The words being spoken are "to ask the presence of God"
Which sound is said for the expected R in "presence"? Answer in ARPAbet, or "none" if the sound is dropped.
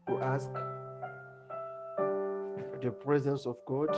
R